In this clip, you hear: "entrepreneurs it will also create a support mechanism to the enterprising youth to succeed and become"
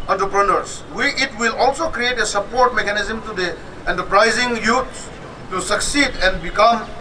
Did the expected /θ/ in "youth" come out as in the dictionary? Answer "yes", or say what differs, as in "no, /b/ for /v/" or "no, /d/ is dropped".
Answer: no, /s/ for /θ/